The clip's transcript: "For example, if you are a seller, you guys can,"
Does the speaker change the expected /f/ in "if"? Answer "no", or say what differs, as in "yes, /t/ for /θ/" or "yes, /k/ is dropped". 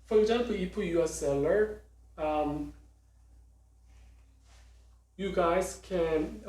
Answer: yes, /p/ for /f/